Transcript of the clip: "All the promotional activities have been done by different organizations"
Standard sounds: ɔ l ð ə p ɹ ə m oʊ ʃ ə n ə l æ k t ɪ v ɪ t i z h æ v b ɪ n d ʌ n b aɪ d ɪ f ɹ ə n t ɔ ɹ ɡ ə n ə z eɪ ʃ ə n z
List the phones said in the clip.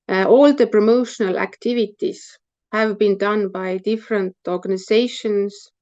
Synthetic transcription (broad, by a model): ɔ l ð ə p ɹ ə m oʊ ʃ ə n ə l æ k t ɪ v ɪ t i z h æ v b ɪ n d ʌ n b aɪ d ɪ f ɹ ə n t ɔ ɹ ɡ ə n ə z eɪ ʃ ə n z